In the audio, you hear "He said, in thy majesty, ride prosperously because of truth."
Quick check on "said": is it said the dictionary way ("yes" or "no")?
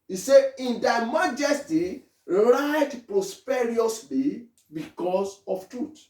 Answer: no